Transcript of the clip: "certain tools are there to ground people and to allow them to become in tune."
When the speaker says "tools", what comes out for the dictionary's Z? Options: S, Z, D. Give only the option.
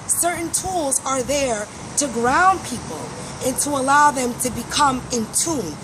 Z